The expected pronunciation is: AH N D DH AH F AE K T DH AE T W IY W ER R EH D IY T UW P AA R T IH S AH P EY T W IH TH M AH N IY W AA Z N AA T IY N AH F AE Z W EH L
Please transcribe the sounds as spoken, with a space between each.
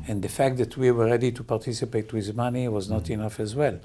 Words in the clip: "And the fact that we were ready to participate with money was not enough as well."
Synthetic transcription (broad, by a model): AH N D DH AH F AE K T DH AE T W IY W ER R EH D IY T UW P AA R T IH S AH P EY T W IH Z M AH N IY W AA Z N AA T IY N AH F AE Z W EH L